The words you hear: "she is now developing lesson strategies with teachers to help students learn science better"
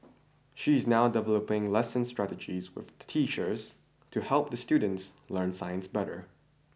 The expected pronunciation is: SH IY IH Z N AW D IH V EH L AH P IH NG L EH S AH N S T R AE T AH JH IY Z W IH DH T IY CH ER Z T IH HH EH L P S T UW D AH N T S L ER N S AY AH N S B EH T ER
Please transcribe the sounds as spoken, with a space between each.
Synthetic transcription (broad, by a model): SH IY IH Z N AW D IH V EH L AH P IH NG L EH S AH N S T R AE T AH JH IY Z W IH DH T IY CH ER Z T IH HH EH L P S T UW D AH N T S L ER N S AY AH N S B EH T ER